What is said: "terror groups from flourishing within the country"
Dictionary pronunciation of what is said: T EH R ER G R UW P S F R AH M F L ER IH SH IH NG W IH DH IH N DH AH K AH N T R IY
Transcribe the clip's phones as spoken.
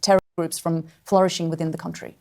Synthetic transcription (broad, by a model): T EH R G R UW P S F R AH M F L ER IH SH IH NG W IH DH IH N DH AH K AH N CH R IY